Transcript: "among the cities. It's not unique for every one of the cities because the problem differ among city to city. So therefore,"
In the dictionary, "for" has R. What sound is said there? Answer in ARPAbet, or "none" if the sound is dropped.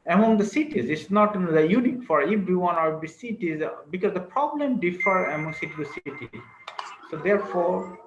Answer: R